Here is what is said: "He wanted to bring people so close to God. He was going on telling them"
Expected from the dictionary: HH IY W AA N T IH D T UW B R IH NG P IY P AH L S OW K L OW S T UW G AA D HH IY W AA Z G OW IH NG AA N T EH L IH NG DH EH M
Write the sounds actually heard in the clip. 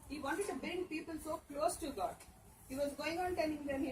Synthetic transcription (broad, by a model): HH IY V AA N T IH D T UW B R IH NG P IY P AH L S OW K L OW S T UW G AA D HH IY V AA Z G OW IH NG AA N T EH N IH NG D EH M